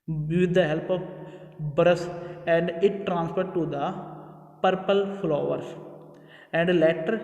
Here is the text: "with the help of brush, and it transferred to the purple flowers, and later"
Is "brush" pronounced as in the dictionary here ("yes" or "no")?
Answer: no